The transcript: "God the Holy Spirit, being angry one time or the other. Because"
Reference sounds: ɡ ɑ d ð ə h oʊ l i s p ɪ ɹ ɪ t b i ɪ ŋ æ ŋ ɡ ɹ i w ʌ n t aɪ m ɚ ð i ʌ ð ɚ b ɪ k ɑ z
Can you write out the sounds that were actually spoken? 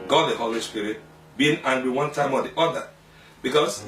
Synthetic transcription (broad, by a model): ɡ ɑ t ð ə h oʊ l i s p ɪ ɹ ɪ t b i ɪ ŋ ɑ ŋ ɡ w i w ʌ n t aɪ m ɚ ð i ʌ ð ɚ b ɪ k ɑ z